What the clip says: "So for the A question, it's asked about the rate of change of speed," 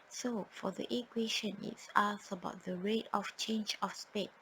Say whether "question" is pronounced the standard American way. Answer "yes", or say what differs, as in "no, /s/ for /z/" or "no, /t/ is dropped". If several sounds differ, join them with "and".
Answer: yes